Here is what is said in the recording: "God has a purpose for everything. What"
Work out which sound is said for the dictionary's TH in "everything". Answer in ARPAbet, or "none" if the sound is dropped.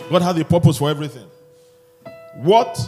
TH